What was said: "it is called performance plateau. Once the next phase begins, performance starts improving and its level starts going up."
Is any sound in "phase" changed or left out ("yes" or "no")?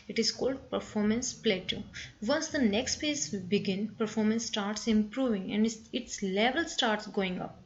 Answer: yes